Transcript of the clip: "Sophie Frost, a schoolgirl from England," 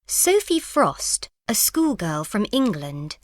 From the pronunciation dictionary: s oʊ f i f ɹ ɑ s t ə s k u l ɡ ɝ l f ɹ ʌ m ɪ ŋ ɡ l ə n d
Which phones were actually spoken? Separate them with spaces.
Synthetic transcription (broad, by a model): s oʊ f i f ɹ ɑ s t ə s k u l ɡ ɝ l f ɹ ʌ m ɪ ŋ ɡ l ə n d